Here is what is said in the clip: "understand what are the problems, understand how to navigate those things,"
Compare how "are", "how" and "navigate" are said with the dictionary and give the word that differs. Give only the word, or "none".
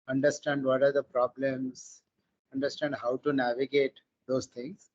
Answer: none